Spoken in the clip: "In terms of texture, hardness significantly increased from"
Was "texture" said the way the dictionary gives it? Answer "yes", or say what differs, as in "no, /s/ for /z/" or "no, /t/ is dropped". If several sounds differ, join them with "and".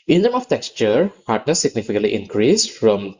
yes